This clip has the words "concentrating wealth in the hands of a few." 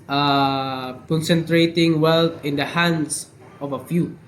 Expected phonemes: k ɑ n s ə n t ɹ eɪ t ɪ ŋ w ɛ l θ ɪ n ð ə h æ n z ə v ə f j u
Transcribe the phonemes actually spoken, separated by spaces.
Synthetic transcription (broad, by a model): k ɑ n s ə n t ɹ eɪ t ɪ ŋ w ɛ l t ɪ n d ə h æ n s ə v ə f j u